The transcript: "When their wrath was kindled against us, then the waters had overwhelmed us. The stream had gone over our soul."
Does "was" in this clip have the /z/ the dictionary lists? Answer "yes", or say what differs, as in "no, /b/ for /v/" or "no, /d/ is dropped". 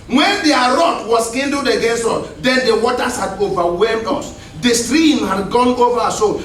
no, /s/ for /z/